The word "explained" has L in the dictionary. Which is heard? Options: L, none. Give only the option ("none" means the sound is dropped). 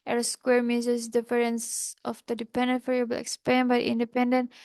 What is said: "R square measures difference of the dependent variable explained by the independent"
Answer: none